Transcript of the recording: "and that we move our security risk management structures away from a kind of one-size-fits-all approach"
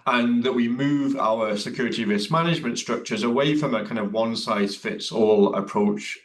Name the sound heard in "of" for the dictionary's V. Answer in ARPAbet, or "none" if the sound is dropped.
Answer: V